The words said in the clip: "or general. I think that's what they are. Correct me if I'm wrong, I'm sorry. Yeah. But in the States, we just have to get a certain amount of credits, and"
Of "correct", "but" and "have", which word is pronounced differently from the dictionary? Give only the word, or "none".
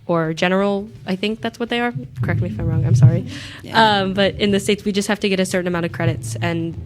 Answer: have